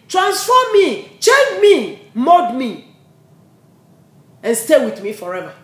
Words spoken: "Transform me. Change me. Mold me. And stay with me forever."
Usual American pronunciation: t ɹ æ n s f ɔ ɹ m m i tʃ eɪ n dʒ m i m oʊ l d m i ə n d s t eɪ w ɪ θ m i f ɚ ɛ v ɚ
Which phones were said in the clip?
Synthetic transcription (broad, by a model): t ɹ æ n s f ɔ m m i tʃ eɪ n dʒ m i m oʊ d m i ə n s t eɪ w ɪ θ m i f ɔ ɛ v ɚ